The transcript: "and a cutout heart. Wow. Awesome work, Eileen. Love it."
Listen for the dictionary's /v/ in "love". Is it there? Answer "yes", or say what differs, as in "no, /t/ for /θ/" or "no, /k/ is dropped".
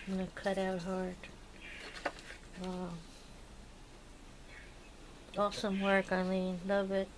no, /b/ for /v/